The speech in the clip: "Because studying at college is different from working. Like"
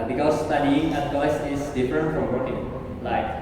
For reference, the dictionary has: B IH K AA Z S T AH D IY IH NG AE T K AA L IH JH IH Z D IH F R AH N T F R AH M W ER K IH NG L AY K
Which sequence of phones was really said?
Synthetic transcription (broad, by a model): B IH K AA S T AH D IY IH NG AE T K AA IH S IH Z D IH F R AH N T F R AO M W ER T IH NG L AY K